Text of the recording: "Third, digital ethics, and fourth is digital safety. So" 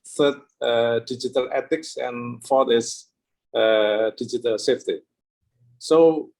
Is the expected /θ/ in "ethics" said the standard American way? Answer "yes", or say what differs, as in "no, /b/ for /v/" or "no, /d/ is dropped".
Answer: no, /t/ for /θ/